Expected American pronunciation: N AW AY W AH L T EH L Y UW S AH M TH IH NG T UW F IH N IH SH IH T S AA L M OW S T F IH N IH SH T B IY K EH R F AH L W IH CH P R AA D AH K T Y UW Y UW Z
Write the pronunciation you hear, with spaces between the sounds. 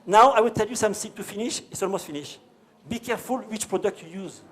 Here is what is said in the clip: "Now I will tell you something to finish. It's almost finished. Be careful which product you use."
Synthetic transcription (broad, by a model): N AW AY W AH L T EH L Y UW S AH M S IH T UW F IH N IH SH IH T S AA L M OW S T F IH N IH SH B IY K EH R F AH L W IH CH P R AA D AH K T Y UW Y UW Z